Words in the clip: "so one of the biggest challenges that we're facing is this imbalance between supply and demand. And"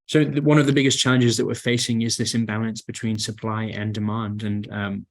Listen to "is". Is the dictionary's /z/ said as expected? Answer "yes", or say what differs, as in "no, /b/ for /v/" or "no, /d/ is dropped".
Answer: yes